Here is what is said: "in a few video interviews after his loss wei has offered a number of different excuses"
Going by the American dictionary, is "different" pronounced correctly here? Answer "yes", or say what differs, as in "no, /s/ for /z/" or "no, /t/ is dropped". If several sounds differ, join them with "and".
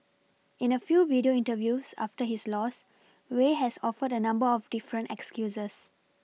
yes